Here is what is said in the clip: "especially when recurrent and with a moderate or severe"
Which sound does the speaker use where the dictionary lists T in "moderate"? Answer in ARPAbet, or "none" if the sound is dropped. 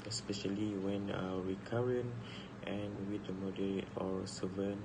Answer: none